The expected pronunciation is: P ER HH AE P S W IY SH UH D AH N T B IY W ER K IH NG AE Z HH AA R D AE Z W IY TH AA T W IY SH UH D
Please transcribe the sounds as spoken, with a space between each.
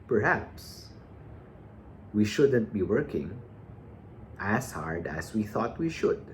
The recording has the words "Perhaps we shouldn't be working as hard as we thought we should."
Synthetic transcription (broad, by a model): P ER HH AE P S W IY SH UH D AH N T B IY W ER K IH NG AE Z HH AA R D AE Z W IY TH AA T W IY SH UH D